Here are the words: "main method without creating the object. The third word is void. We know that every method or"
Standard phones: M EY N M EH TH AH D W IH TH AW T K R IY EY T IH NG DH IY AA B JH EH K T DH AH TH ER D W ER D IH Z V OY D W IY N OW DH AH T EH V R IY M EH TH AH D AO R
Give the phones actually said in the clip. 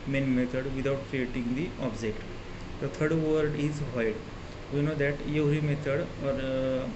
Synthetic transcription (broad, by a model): M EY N M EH T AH D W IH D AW T K R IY EY T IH NG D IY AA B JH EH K T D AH T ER D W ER D IH Z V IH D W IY N OW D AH T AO R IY M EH T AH D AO R